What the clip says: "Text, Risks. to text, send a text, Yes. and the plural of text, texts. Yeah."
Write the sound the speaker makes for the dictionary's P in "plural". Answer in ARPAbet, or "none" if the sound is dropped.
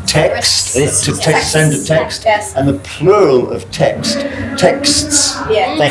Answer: P